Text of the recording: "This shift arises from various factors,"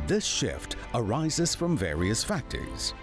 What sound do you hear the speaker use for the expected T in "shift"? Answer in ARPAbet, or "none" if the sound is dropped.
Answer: T